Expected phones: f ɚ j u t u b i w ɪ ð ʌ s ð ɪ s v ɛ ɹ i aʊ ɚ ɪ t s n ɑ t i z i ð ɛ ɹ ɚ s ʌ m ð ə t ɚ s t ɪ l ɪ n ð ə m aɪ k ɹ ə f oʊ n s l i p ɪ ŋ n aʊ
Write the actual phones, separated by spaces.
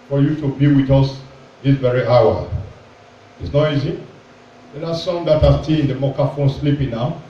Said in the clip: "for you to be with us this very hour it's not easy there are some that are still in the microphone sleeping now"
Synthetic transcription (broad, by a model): f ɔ j u t u b i w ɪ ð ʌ s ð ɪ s v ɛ ɹ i aʊ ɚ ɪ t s n ɑ t i z i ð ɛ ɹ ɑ s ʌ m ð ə t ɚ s t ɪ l ɪ n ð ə m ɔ k ə f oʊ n s l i p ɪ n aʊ